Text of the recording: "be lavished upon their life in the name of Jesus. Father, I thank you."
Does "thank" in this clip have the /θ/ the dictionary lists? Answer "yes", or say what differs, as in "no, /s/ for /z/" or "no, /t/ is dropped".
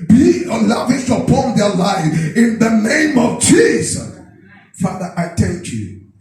no, /t/ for /θ/